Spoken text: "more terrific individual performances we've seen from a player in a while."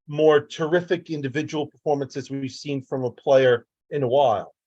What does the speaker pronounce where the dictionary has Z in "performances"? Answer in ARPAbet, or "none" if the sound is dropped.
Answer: Z